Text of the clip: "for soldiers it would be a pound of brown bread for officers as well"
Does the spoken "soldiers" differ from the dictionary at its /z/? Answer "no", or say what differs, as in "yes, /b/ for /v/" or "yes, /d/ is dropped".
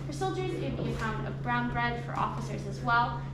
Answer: yes, /z/ is dropped